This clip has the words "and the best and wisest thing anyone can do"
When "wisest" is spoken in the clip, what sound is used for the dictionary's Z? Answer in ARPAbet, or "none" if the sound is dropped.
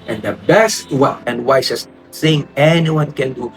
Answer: S